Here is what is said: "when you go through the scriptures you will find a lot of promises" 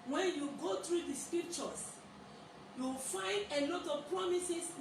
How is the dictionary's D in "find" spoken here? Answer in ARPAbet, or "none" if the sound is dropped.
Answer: D